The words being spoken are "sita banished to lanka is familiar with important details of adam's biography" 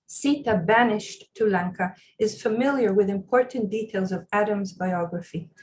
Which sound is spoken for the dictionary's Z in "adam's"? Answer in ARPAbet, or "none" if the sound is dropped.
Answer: Z